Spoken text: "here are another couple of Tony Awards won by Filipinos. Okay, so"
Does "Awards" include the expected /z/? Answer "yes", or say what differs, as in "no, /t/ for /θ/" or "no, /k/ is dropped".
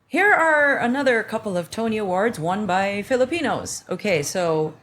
yes